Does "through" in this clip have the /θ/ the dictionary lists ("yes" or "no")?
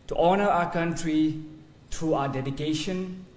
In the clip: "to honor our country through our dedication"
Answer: no